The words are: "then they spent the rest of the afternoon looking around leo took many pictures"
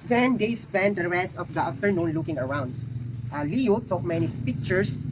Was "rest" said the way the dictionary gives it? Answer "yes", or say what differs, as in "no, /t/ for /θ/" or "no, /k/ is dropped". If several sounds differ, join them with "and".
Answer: no, /t/ is dropped